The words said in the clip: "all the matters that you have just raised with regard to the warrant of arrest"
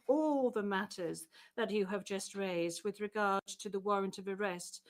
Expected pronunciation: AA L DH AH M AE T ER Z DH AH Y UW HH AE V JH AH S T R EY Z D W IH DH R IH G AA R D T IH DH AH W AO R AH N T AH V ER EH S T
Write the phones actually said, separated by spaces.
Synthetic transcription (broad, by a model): AA L DH AH M AE T ER Z DH AH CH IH V JH AH S T R EY Z D W IH DH R IH G AA R D T IH DH AH W AO R AH N T AH V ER EH S T